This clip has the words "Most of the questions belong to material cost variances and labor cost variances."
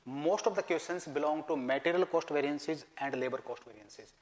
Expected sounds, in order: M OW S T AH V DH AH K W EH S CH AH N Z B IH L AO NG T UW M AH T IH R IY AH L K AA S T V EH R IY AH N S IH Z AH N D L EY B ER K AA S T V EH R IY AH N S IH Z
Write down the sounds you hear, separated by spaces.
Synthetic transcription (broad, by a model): M OW S T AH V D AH K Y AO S AH N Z B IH L AO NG T UW M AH T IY R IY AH L K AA S T V EH R IY AH N S IH Z AH N D L EY B ER K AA S T V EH R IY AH N S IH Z